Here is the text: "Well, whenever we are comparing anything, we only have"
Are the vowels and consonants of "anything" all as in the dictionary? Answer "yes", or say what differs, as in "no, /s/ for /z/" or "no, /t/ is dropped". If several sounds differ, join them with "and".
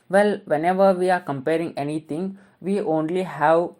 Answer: no, /t/ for /θ/